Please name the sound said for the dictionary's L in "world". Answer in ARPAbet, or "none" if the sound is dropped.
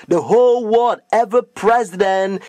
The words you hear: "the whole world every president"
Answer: none